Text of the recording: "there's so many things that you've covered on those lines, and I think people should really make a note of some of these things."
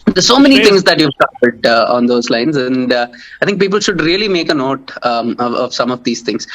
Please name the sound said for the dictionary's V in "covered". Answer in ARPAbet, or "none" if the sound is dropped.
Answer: P